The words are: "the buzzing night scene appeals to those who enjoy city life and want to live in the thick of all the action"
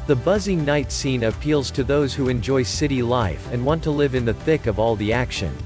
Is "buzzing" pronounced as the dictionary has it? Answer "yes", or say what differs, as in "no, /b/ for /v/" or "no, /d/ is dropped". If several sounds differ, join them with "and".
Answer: yes